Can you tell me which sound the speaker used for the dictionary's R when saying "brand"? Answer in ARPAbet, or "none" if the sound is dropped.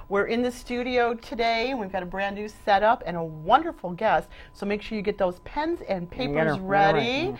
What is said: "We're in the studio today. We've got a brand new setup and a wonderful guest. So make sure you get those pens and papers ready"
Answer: R